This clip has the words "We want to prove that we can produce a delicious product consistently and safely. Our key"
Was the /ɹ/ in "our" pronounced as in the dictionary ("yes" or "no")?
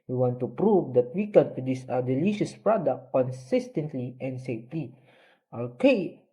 no